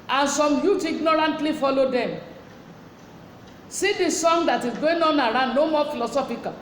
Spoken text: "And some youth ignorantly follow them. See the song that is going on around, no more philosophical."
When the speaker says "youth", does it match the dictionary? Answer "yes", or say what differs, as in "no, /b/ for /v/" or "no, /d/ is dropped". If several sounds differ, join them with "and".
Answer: no, /t/ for /θ/